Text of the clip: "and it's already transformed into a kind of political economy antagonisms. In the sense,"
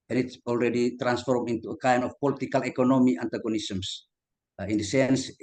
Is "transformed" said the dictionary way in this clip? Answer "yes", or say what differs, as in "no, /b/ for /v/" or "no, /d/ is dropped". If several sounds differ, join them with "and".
no, /d/ is dropped